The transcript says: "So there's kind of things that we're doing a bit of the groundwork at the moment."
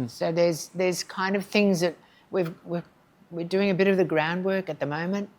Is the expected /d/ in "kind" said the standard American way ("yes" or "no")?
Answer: yes